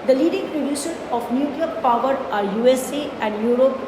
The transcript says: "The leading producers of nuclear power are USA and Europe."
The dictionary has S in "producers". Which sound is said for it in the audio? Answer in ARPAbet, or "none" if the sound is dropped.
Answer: SH